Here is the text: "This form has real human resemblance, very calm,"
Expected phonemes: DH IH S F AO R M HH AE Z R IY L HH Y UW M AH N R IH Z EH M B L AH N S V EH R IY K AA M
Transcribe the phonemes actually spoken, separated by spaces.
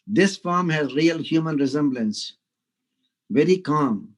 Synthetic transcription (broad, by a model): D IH S F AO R M HH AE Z R IY L HH Y UW M AH N R IH Z EH M B L AH N S V EH R IY K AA M